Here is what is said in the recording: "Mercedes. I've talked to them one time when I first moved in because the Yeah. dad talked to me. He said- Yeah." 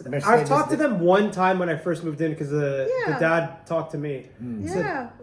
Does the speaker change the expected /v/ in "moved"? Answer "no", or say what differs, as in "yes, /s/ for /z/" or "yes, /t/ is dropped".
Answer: no